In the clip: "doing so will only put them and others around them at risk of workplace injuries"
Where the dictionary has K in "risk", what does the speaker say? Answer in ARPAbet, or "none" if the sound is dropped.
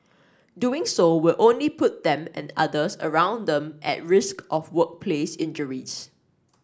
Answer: K